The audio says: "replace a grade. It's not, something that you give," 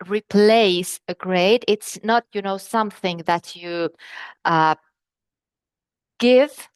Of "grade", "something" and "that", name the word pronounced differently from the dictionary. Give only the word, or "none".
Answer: none